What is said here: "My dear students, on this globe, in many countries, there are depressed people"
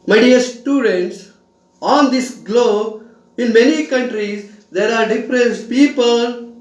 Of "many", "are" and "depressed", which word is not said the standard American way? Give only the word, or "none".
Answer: depressed